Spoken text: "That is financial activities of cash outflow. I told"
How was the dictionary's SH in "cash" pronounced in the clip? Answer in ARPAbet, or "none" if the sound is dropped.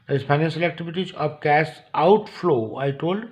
S